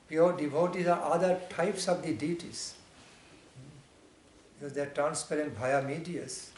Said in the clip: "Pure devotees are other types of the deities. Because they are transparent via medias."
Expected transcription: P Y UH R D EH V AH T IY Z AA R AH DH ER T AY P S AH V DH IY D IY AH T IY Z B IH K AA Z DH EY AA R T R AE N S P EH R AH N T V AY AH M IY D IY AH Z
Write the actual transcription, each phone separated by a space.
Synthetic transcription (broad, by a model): P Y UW R D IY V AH T IY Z AA R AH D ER T AY P S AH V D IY D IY T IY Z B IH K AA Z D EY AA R T R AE N S P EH R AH N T B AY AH M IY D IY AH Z